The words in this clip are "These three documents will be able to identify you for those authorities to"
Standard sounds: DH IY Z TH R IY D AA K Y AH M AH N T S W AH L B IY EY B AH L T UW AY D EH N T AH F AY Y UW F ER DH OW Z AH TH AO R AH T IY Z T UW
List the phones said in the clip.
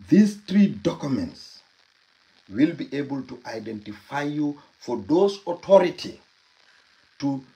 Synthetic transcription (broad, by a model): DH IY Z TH R IY D AA K Y AH M AH N T S W AH L B IY EY B AH L T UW AY D EH N T AH F AY Y UW F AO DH OW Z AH T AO R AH T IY T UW